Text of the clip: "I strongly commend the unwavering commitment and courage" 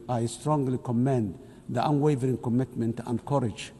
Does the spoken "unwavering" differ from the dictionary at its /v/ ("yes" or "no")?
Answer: no